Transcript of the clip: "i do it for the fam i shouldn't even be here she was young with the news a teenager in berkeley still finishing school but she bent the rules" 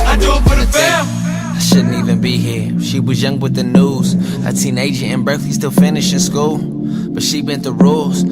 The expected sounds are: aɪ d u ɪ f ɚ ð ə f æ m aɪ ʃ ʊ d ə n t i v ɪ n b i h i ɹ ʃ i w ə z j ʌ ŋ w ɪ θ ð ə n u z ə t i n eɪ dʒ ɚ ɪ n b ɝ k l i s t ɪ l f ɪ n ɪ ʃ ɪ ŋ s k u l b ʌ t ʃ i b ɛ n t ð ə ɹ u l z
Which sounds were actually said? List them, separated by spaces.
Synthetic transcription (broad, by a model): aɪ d ɪ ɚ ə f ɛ aɪ ʃ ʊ d n t i v ɪ n b i h i ɹ ʃ i w ə z j ʌ ŋ w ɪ ð ə n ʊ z ə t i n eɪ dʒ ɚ ɪ n b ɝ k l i s t ɪ l f ɪ n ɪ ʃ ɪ s k u l b ʌ t ʃ i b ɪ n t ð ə ɹ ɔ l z